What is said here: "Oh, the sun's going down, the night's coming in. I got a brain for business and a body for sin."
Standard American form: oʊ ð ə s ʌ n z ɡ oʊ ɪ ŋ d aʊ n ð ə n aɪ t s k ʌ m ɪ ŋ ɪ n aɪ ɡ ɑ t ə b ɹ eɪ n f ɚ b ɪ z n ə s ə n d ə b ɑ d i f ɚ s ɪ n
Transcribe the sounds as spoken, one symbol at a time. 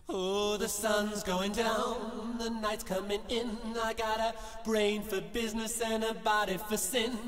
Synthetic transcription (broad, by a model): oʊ ð ə s ʌ n z ɡ oʊ ɪ ŋ d aʊ n ð ə n aɪ t s k ʌ m ɪ ŋ ɪ n aɪ ɡ ɑ t ə b ɹ eɪ n f ɚ b ɪ z n ə s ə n ə b ɑ d i f ɚ s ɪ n